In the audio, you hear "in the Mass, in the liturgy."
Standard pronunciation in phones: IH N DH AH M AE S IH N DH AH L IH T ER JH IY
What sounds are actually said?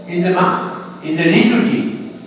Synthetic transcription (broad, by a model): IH N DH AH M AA TH IH N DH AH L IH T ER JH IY